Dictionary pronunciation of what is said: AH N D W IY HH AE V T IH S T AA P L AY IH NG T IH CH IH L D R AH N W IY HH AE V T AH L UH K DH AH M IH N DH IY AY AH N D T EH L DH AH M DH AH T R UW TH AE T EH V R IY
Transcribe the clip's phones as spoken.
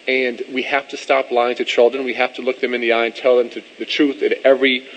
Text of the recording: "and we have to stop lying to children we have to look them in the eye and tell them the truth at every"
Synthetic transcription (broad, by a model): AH N W IY HH AE F T IH S T AA P L AY IH NG T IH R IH L D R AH N W IY HH AE F T AH L UH K DH AH M IH N DH IY AY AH N T EH L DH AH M DH AH T R UW TH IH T EH V R IY